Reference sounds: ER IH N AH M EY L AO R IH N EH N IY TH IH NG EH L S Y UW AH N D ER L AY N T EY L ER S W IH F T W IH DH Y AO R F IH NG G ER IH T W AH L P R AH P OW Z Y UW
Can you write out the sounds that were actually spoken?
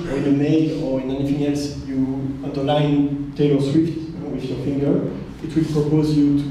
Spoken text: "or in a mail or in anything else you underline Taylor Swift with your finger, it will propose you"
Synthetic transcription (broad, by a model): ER IH N AH M EY L AO R IH N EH N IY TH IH NG EH L S Y UW AH N D ER L AY N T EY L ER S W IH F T W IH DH Y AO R F IH NG G ER IH T W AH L P R AH P OW Z Y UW